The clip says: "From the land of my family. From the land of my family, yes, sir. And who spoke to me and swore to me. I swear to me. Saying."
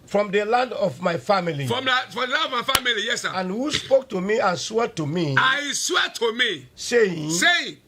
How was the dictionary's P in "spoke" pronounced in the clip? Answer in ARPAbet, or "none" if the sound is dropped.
P